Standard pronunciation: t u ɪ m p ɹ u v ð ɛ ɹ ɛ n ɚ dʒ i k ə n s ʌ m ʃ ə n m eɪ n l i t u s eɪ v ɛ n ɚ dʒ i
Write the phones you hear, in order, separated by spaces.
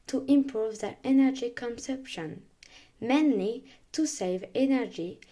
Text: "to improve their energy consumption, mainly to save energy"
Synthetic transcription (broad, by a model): t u ɪ m p ɹ u v ð ɛ ɹ ɛ n ɚ dʒ i k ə n s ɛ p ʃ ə n m eɪ n l i t u s eɪ v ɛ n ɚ dʒ i